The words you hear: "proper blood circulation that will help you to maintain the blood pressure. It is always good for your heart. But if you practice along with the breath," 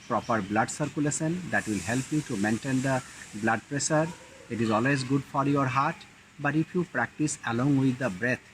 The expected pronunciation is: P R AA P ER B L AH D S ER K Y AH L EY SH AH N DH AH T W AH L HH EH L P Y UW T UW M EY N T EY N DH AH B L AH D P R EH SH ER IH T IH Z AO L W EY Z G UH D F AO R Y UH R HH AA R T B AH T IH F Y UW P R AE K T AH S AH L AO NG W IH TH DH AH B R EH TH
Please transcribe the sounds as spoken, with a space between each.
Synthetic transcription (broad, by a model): P R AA P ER B L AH D S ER K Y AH L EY S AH N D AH T W AH L HH EH L P Y UW T UW M EY N T EY N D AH B L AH D P R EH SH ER IH T IH Z AO L W EY Z G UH D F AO R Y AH R HH AA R T B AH T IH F Y UW P R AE K T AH S AH L AO NG W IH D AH B R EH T